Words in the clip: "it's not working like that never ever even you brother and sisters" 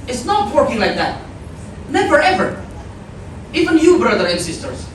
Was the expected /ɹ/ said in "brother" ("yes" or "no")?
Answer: yes